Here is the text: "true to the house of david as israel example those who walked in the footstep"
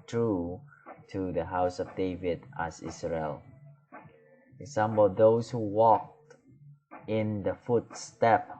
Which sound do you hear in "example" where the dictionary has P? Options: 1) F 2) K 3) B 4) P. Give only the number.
3